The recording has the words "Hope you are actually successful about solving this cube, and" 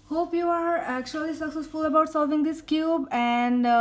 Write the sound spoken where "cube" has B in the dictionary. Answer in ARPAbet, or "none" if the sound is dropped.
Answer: B